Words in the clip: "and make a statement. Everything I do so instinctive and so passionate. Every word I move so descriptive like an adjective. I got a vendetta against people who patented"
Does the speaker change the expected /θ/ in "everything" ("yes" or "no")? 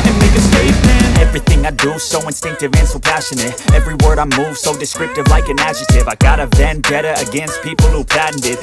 no